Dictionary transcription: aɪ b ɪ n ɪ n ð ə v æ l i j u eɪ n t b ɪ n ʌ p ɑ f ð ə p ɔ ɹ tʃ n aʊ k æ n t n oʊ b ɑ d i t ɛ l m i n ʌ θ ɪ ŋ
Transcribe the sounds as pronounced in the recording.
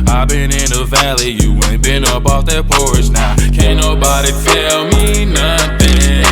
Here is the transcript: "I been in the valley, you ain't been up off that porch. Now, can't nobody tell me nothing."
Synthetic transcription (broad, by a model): aɪ b ɪ n ɪ n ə v æ l i j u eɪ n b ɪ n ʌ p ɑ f ð ə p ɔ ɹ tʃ n aʊ k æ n n oʊ b ɑ d i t ɛ l m i n ʌ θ ɪ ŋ